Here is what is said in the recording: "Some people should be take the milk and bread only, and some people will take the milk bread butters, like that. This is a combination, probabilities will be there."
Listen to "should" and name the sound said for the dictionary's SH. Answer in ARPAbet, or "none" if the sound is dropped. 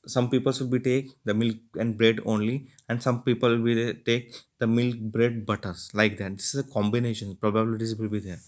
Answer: S